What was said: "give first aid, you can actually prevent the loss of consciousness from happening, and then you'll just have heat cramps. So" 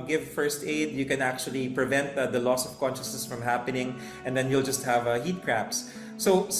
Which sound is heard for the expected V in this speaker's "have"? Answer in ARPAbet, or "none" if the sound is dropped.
V